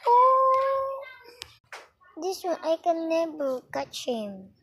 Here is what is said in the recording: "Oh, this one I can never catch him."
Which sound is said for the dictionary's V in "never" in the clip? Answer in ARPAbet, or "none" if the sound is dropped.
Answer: B